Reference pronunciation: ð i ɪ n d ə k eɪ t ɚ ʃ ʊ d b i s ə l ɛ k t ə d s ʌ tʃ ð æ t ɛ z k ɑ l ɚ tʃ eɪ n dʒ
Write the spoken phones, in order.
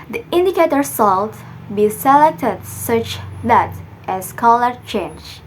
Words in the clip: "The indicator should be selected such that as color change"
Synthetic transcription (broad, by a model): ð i ɪ n d ə k eɪ t ɚ s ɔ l b i s ə l ɛ k t ə d s ʌ tʃ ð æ t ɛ s k ɑ l ɚ tʃ eɪ n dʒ